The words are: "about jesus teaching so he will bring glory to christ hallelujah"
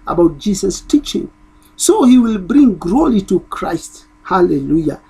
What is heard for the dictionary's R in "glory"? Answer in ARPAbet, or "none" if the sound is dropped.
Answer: L